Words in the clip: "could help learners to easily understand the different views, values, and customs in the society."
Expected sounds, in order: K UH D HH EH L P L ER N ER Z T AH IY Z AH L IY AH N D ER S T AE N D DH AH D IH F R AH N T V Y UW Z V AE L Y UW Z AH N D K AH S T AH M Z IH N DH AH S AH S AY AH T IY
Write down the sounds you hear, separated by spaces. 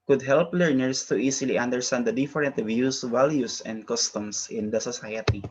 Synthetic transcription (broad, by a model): K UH D HH EH L P L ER N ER S T AH IY S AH L IY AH N D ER S T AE N D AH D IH F R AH N T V Y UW S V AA L Y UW S AH N D K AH S T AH M S IH N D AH S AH S AY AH T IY